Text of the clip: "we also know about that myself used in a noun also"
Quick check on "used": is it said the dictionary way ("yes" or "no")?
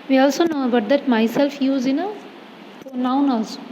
no